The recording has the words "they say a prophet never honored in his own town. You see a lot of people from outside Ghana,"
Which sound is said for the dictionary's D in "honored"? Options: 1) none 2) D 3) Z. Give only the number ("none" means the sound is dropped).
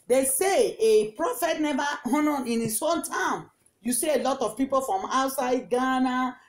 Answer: 1